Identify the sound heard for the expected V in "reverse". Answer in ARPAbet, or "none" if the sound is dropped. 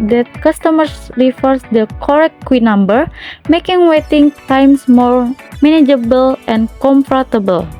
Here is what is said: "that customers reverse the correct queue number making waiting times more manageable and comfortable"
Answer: F